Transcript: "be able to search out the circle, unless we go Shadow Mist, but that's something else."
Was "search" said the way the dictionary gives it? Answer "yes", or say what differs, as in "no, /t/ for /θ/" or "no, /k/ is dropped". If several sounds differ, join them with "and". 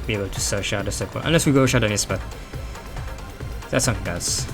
no, /ʃ/ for /tʃ/